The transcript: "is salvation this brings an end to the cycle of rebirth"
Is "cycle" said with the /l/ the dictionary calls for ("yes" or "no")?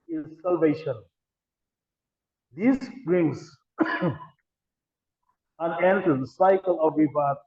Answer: yes